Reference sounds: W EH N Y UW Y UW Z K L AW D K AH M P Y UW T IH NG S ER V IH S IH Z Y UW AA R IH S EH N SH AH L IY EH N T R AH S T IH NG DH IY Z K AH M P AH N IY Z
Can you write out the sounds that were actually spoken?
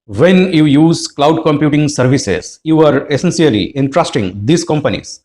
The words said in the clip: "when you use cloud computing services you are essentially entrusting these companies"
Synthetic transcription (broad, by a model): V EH N Y UW Y UW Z K L AW D K AH M P Y UW T IH NG S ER V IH S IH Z Y UW AA R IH S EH N S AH L IY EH N T R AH S T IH NG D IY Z K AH M P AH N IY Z